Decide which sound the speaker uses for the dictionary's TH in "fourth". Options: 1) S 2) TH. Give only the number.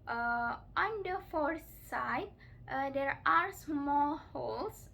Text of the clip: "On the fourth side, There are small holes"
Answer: 1